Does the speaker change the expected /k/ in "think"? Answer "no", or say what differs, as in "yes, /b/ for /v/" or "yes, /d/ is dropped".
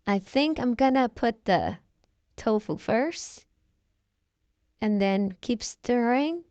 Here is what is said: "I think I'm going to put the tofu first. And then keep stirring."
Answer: no